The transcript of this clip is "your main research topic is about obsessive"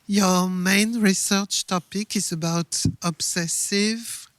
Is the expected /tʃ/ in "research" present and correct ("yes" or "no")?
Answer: yes